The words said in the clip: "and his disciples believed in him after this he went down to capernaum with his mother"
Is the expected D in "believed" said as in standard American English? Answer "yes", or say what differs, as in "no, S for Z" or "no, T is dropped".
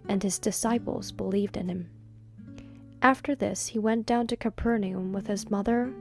yes